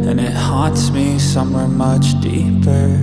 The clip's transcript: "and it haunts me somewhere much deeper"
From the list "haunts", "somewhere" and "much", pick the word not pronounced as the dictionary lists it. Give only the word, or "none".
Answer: haunts